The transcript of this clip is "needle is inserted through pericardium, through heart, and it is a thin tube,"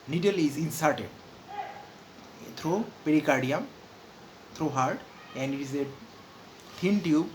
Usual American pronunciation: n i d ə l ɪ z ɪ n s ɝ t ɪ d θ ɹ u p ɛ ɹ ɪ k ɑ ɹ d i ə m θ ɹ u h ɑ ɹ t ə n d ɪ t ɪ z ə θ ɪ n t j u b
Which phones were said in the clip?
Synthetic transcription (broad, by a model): n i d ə l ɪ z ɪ n s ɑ t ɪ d t ɹ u p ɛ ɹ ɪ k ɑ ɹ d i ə m t ɹ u h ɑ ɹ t ə n d ɪ t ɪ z ə t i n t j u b